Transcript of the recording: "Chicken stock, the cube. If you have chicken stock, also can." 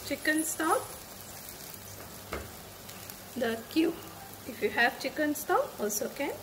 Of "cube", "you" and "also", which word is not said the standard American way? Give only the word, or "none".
cube